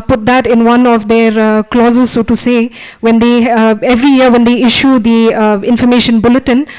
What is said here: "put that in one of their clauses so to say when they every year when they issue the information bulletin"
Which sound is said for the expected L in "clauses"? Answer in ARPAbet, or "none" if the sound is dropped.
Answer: L